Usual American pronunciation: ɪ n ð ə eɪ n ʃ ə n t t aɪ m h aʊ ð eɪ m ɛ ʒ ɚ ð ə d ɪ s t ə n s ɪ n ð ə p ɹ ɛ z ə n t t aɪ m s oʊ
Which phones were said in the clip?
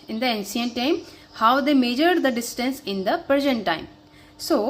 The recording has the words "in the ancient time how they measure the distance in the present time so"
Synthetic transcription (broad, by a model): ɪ n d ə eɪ n s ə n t t aɪ m h aʊ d eɪ m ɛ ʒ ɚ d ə d ɪ s t ə n s ɪ n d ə p ɹ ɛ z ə n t t aɪ m s oʊ